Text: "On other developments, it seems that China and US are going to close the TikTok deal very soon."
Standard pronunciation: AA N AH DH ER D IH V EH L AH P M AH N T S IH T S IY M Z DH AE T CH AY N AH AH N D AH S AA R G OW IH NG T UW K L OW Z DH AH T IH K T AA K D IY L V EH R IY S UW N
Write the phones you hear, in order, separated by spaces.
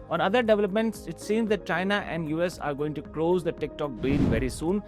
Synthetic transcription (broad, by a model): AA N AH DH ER D IH V EH L AH P M AH N T S IH T S IY M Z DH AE T CH AY N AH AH N D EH S AA R G OW IH NG T UW K L OW Z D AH T IH K T AA K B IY N V EH R IY S UW N